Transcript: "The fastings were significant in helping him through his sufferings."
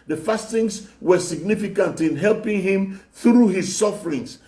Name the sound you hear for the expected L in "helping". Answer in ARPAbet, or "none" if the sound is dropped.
L